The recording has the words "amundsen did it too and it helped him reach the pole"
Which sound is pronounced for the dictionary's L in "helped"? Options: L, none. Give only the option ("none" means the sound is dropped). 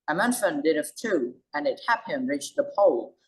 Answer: none